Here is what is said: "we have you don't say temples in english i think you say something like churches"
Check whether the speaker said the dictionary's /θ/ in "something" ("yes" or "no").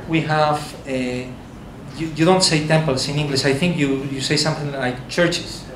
yes